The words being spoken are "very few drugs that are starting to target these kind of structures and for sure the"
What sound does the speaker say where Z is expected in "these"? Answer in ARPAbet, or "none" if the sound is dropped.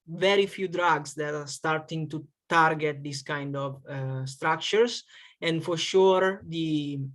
S